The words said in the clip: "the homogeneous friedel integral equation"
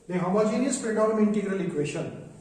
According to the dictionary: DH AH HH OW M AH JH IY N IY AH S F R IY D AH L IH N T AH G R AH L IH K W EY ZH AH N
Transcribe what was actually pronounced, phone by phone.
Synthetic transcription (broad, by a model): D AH HH OW M AH JH IY N IY AH S P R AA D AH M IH N T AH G R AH L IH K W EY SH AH N